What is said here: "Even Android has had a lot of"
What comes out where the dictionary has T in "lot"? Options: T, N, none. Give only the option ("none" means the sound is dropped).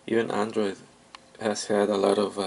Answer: T